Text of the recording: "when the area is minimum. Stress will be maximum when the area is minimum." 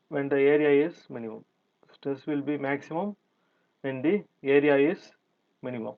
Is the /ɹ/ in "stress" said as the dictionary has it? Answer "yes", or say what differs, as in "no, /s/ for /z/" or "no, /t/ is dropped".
yes